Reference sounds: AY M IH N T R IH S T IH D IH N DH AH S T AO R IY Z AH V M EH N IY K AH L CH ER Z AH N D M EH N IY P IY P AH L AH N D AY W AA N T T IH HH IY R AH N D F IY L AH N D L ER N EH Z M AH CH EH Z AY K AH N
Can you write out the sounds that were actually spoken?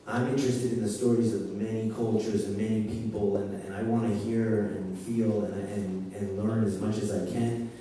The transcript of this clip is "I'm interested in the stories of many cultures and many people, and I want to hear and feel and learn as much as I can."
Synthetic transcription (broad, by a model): AY M IH N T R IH S T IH D IH N DH AH S T AO R IY Z AH V M EH N IY K AH L CH ER Z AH N M EH N IY P IY P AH L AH N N AY W AA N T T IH HH IY R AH N F IY L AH N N L ER N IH Z M AH CH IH Z AY K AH N